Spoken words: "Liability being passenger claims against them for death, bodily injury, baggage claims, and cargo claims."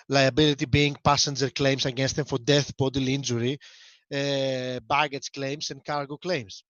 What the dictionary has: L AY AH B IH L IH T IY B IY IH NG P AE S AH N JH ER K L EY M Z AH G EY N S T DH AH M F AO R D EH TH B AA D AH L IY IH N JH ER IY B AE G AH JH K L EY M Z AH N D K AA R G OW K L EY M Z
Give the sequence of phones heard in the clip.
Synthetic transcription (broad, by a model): L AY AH B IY L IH T IY B IY NG P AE S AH N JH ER K L EY M S AH G EY N S T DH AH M F AO R D EH TH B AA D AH L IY N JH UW IY B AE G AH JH K L EY M S AH N D K AA R G OW K L EY M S